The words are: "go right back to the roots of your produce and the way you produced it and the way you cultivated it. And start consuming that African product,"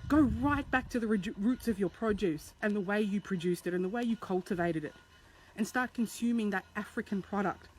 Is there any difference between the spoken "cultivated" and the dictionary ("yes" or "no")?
no